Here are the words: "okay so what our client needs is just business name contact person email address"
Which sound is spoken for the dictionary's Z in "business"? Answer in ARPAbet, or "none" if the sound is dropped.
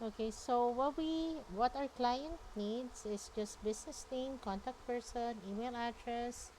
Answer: S